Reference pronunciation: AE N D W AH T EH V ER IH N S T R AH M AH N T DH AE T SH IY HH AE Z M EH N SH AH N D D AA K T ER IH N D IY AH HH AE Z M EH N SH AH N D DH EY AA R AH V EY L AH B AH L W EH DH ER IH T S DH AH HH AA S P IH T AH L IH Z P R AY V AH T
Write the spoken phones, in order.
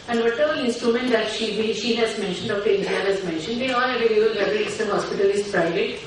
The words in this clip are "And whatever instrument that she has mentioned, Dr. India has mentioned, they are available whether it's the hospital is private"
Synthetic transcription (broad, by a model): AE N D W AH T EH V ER IH N S T R AH M AH N T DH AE T SH IY HH AE Z M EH N SH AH N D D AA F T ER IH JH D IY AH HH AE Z M EH N SH AH N D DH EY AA L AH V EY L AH AH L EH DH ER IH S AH HH AA S P IH T AH L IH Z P R AY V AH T